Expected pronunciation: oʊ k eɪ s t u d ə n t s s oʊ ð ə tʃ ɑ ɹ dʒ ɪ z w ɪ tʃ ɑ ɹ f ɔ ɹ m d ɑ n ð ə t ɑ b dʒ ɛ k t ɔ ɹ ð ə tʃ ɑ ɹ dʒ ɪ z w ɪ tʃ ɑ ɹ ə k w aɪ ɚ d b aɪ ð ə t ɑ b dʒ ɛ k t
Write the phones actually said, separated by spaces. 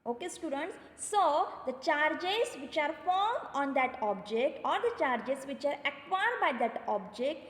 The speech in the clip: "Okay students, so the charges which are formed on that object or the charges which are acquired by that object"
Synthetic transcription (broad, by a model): oʊ k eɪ s t u d ə n t s s oʊ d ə tʃ ɑ ɹ dʒ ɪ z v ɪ tʃ ɑ ɹ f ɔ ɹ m ɑ n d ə t ɑ b dʒ ɛ k t ɔ ɹ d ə tʃ ɑ ɹ dʒ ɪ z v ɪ tʃ ɑ ɹ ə k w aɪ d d b aɪ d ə t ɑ b dʒ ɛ k t